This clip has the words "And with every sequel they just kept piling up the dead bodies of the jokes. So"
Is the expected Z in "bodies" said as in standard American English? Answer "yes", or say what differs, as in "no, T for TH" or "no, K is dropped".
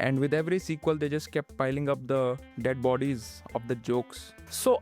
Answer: yes